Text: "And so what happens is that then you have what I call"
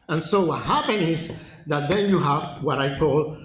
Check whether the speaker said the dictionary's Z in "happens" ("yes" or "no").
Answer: no